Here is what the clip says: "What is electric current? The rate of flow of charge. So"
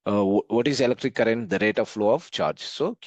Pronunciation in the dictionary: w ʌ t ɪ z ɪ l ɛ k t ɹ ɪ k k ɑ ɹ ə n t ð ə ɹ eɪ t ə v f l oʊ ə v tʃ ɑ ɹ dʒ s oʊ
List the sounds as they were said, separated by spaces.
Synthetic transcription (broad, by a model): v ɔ t ɪ z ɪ l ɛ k t ɹ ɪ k k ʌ ɹ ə n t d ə ɹ eɪ t ə v f l oʊ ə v tʃ ɑ ɹ dʒ s oʊ